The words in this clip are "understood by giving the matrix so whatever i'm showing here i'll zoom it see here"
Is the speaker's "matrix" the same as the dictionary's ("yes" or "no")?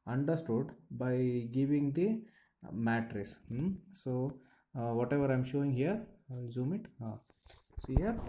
no